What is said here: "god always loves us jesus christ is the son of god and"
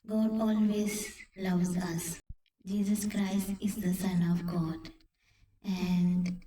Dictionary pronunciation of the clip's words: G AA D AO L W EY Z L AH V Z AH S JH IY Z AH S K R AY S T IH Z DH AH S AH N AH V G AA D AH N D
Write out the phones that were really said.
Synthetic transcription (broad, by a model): G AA D AO L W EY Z L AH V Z AH S JH IY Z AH S K R AY S T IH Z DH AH S AH N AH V G AA D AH N D